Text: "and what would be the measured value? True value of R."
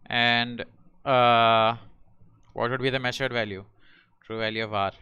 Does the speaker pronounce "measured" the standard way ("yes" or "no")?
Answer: no